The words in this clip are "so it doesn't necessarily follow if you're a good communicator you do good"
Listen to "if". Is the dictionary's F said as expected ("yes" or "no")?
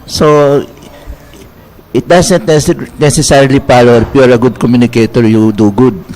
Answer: no